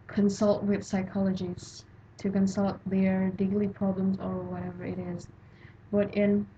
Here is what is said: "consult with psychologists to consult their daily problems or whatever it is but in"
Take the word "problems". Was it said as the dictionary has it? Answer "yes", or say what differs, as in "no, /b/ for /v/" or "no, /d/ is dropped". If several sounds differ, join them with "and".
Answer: yes